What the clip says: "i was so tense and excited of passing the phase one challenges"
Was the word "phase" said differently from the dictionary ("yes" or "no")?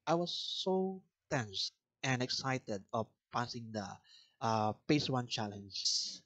yes